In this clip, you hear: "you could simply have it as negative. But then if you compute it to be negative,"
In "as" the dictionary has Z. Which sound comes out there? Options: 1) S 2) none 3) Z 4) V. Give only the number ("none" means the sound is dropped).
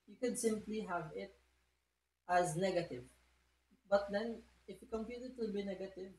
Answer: 3